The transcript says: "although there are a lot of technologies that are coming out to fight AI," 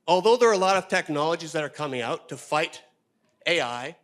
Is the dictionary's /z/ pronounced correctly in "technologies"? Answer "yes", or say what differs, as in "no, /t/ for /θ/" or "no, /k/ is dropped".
yes